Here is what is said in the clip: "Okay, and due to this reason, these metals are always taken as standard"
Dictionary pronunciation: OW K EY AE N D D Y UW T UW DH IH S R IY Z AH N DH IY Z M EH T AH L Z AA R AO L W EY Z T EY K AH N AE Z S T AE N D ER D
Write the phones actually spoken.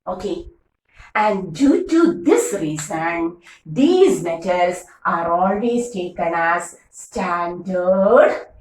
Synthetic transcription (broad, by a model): OW K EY AE N D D Y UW T UW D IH S R IY Z AH N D IY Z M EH T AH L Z AA R AO L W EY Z T EY K AH N AE Z S T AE N D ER D